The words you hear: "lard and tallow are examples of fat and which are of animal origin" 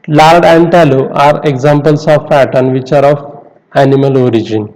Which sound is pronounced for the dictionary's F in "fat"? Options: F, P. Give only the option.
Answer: P